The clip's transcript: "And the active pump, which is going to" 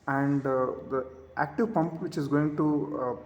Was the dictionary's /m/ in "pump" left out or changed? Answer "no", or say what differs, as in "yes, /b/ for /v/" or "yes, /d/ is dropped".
no